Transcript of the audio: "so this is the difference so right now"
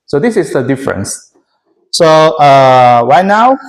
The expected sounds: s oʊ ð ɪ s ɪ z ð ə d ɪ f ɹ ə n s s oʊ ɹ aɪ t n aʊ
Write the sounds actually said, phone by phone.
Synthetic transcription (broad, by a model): s oʊ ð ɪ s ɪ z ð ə d ɪ f ɹ ə n s s oʊ w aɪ n aʊ